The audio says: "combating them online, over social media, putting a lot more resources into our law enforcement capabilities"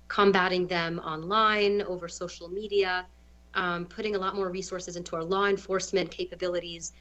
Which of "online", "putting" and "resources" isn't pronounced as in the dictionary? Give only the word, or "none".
none